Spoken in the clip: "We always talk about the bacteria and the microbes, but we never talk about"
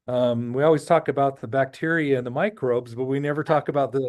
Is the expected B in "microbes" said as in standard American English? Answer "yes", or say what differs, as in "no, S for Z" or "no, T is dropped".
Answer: yes